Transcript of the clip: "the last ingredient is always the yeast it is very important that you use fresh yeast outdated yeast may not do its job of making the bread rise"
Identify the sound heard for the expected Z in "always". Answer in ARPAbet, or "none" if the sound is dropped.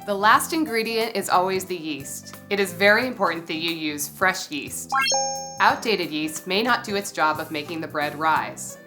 Z